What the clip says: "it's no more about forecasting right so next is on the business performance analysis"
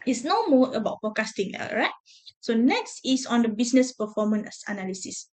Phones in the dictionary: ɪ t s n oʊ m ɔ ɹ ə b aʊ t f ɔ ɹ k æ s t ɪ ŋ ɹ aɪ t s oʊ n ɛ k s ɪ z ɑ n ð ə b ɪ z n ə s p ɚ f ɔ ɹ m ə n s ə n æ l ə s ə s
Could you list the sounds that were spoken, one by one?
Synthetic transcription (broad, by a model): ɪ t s n oʊ m ɔ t ə b aʊ t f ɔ k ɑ s t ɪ ŋ ɹ aɪ t s oʊ n ɛ k s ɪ s ɑ n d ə b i s n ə s p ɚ f ɔ m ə n s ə n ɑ l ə s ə s